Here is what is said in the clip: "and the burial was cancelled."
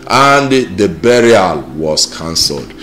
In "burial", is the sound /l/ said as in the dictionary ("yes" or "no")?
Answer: yes